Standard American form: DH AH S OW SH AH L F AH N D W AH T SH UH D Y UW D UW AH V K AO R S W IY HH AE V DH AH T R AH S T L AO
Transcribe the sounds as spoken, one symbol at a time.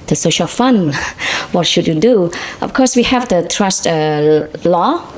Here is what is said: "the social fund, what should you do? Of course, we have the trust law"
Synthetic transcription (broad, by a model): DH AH S OW SH AH L F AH N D W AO T SH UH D Y UW D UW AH F K AO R S W IY HH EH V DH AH T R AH S T L AO